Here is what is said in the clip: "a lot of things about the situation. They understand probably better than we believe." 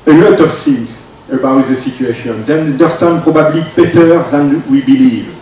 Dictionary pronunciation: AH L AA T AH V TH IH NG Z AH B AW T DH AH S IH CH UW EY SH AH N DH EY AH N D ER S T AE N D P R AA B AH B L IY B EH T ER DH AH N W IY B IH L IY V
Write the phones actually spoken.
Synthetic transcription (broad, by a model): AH L AA T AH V S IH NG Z AH B AW T DH AH S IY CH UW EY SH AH N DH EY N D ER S T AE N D P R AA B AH B L IY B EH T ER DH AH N W IY B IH L IY V